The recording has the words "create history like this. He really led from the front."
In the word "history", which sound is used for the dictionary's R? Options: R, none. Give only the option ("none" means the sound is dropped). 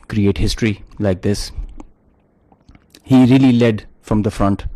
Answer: R